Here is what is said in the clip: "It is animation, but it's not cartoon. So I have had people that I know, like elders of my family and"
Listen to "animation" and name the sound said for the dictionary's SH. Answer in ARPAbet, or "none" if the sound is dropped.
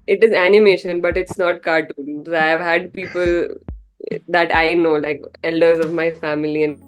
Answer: SH